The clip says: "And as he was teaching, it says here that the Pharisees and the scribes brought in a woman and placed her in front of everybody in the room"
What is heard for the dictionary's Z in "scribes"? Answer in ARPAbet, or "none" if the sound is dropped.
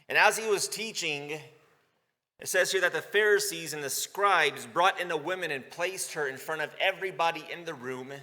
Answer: Z